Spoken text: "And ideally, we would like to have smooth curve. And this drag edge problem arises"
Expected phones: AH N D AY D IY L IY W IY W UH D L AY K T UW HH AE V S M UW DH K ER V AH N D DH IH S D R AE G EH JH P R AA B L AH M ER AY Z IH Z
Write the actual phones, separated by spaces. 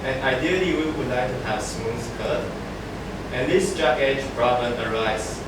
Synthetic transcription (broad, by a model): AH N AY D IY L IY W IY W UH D L AY K T UW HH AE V S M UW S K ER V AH N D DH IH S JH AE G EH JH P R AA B AH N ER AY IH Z